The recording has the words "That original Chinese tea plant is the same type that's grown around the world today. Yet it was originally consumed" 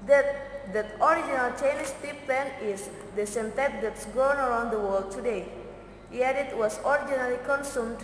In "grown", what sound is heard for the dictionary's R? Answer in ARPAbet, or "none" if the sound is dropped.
none